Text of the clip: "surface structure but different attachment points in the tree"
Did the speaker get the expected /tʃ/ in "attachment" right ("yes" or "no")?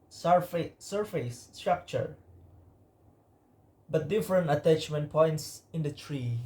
yes